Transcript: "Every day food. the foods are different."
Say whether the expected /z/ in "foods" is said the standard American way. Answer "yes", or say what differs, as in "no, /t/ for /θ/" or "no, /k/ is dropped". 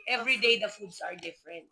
no, /s/ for /z/